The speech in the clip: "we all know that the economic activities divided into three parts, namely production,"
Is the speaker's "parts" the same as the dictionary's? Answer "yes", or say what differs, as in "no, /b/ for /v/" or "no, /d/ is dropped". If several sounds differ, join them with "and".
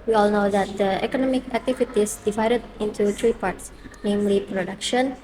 yes